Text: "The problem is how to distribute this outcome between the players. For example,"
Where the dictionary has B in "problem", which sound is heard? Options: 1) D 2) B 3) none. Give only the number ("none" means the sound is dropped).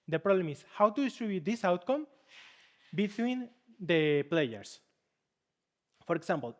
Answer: 3